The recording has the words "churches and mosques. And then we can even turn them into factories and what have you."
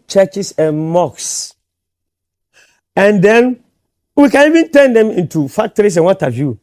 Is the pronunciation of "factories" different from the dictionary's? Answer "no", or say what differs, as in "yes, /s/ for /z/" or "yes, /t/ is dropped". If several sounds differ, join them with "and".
yes, /s/ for /z/